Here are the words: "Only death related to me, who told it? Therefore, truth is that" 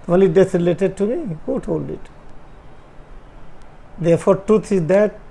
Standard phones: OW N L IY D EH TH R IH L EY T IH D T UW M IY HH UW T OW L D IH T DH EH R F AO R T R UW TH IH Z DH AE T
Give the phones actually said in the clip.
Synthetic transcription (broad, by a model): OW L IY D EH S R IH L EY T IH D T UW M IY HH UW T OW L D IH T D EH R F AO R T R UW T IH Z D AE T